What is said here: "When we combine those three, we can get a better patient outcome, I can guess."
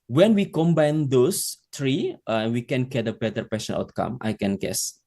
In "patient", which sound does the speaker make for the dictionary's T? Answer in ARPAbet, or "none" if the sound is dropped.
none